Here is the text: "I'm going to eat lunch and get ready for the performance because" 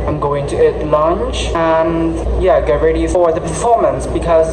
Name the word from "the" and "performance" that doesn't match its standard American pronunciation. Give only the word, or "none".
none